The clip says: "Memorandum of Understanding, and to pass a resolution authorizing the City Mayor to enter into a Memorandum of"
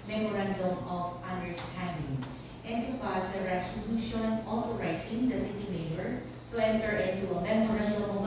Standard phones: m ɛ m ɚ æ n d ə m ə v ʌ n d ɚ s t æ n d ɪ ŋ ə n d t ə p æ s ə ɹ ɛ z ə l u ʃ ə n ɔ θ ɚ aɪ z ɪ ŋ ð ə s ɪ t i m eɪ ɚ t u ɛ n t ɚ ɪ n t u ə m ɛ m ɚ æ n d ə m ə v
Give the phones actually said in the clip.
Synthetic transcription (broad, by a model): m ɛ m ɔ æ n d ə m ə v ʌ n d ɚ s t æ n d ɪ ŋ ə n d t ə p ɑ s ə ɹ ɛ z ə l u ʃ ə n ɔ f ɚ aɪ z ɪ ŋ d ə s ɪ t i m eɪ ɚ t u ɛ n t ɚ ɪ n t u ə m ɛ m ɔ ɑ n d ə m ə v